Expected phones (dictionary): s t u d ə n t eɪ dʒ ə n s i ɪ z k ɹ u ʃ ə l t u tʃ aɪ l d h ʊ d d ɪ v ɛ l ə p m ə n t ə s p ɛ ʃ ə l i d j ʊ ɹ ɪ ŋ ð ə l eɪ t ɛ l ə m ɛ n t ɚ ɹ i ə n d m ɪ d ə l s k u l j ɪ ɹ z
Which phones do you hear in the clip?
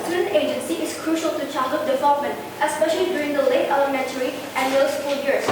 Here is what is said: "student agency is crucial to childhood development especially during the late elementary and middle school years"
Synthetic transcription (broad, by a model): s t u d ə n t eɪ dʒ ə n s i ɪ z k ɹ u ʃ ə l t u tʃ aɪ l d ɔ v d ɪ v ɛ l ə p m ə n t ə s p ɛ ʃ ə l i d j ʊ ɹ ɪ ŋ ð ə l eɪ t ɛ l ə m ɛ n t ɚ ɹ i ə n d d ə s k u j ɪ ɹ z